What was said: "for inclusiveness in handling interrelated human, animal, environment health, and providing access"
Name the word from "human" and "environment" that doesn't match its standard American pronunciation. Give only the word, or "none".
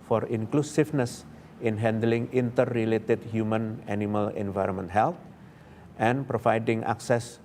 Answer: none